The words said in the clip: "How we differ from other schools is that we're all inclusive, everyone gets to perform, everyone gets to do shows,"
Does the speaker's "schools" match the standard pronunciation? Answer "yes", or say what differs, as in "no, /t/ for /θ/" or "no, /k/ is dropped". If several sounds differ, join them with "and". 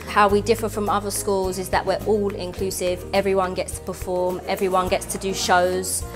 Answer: yes